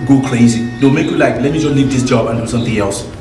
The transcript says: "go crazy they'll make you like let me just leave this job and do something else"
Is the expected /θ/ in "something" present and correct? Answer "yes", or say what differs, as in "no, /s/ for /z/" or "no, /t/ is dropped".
no, /t/ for /θ/